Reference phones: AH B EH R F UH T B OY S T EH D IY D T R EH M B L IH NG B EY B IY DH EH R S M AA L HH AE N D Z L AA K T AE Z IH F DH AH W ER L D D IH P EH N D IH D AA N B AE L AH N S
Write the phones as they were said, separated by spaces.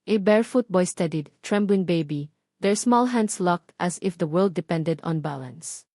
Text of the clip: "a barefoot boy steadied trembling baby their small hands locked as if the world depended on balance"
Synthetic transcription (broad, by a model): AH B EH R F UH T B OY S T EH D IY D T R EH M B L IH NG B EY B IY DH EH R S M AA L HH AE N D S L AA K T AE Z IH F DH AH W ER L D D IH P EH N D IH D AA N B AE L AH N S